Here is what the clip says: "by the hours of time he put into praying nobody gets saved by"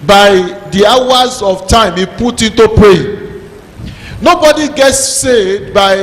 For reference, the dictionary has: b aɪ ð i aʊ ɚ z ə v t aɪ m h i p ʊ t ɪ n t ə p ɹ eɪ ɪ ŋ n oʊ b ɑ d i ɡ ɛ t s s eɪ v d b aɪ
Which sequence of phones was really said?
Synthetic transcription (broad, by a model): b aɪ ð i aʊ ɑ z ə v t aɪ m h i p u t ɪ n t ə p ɹ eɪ n oʊ b ɑ d i ɡ ɛ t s s eɪ v d b aɪ